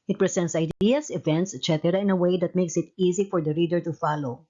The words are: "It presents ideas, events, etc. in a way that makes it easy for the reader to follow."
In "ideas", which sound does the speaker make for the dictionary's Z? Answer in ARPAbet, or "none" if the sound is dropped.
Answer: S